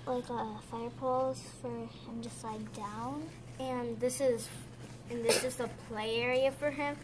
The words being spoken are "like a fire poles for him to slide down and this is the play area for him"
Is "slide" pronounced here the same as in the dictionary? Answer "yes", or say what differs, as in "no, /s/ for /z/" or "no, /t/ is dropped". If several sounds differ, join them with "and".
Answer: no, /l/ is dropped